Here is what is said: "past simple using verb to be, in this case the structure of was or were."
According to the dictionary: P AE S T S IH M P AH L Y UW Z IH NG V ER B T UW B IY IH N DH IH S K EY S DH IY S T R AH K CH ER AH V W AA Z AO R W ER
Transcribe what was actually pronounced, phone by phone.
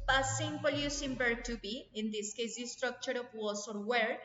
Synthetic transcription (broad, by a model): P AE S S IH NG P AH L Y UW S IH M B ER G T UW B IY IH N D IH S K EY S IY S T R AH K CH ER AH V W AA S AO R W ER